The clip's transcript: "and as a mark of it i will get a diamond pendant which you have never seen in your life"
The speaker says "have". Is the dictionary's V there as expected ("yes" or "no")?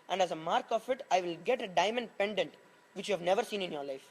yes